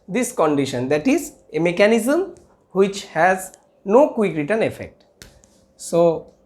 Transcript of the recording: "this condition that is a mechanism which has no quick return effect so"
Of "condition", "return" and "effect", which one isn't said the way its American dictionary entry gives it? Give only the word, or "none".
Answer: none